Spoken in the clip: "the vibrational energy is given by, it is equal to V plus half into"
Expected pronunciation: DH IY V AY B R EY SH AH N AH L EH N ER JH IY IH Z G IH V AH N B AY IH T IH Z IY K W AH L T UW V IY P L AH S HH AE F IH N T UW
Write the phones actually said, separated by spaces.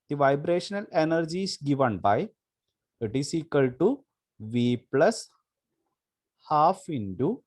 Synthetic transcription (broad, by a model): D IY V AY B R EY SH AH N AH L EH N ER JH IY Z G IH V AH N B AY IH T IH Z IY K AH L T UW V IY P L AH S HH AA F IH N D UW